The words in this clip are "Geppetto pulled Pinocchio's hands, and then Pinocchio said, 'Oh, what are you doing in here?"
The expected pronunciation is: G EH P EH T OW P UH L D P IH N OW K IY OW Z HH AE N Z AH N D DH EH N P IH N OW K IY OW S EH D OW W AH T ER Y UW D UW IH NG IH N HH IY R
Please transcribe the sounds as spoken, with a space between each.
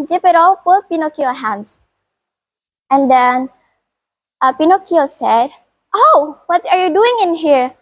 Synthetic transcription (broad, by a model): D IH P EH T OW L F P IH N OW K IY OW HH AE N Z AH N D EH N P IH N OW K IY OW S EH D OW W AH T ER Y UW D UW IH NG IH N HH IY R